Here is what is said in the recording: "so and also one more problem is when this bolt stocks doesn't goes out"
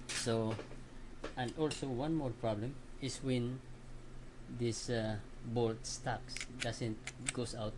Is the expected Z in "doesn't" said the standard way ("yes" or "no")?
no